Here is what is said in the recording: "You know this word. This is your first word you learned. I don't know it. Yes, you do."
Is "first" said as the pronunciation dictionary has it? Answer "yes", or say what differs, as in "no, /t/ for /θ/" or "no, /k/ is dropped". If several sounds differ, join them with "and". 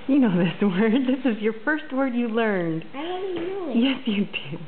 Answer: yes